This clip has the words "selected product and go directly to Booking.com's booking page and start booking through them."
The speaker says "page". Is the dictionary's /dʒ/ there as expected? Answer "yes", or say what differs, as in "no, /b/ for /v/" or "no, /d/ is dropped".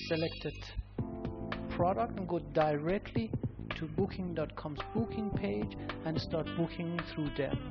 yes